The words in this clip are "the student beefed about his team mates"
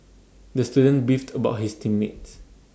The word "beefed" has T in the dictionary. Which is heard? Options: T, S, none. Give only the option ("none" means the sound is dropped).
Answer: T